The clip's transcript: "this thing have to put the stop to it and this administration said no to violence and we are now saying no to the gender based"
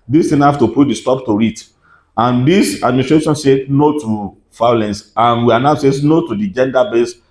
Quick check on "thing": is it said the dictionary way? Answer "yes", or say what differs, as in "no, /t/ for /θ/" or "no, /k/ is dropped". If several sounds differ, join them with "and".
no, /t/ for /θ/